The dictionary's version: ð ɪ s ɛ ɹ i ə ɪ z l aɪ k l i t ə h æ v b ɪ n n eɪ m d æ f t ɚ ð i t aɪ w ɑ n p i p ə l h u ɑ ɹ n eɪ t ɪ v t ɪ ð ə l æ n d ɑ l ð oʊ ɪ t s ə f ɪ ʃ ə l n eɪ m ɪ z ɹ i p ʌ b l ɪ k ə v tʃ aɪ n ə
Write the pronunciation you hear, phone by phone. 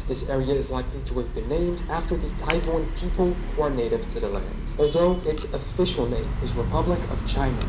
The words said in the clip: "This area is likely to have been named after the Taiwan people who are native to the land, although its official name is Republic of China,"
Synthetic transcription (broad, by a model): ð ɪ s ɛ ɹ i ə ɪ z l aɪ k l i t ə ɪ v b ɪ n n eɪ m d æ f t ɚ ð i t aɪ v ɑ n p i p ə l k ɑ ɹ n eɪ t ɪ v t ɪ ð ə l æ n d ɑ l ð oʊ ɪ t s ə f ɪ ʃ l n eɪ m ɪ z ɹ i p ʌ b l ɪ k ə v tʃ aɪ n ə